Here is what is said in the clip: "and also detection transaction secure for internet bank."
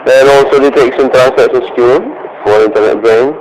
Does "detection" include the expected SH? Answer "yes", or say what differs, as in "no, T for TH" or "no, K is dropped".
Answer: no, S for SH